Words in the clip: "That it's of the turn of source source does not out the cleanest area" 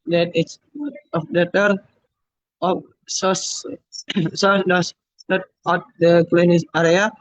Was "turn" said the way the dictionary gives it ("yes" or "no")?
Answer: no